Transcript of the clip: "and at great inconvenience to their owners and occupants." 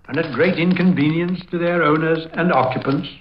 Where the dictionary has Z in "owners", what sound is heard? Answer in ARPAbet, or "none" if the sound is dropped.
Z